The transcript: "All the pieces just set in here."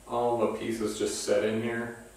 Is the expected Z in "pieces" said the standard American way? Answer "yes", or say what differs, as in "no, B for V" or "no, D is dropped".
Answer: yes